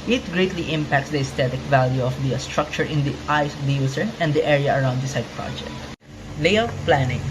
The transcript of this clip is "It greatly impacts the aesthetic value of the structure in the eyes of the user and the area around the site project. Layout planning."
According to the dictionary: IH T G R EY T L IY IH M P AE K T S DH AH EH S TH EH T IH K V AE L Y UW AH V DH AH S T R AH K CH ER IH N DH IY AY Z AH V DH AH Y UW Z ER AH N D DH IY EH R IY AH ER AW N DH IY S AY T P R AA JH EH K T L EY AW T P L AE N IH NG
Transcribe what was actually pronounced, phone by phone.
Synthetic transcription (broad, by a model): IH T G R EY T L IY IH M P AE K T S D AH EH S T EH T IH K V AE L Y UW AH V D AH S T R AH K CH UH IH N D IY AY S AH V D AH Y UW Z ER AH N D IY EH R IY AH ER AW N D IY S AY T P R AA JH EH K T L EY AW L P L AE N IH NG